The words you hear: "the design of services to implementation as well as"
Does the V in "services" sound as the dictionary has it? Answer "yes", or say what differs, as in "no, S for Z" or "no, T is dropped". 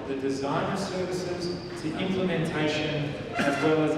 yes